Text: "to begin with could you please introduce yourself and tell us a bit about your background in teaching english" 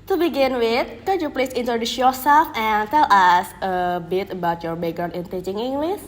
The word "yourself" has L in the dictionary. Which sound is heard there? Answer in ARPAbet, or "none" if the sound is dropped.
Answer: none